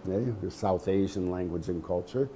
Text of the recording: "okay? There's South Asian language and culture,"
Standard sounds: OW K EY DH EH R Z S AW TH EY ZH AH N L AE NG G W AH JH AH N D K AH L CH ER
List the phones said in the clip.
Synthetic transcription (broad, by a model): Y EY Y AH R S AW TH EY ZH AH N L AE NG G W AH JH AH N K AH L CH ER